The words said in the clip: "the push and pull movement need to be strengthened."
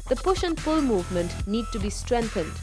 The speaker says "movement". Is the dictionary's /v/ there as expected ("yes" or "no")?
yes